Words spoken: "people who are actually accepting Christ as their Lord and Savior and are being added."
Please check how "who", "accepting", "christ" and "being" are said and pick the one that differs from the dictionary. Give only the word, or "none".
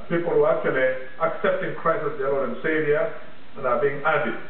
christ